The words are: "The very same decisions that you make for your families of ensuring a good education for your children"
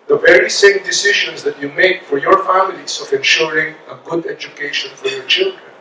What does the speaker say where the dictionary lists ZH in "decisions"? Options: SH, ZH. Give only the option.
SH